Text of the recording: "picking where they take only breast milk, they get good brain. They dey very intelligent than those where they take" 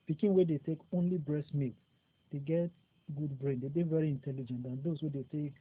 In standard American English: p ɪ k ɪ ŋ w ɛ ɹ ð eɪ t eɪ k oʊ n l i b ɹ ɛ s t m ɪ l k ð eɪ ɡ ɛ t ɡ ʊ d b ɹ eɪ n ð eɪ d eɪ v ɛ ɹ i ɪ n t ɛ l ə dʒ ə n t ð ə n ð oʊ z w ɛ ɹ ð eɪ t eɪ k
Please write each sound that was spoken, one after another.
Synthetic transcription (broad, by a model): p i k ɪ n w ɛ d eɪ t eɪ k oʊ n l i b ɹ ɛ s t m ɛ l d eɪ ɡ ɛ t ɡ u d b ɹ eɪ n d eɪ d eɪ v ɛ ɹ i ɪ n t ɛ l ə dʒ ə n t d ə n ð oʊ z w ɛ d eɪ t eɪ k